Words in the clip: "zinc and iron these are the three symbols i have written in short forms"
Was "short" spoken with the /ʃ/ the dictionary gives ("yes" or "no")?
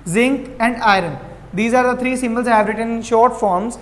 yes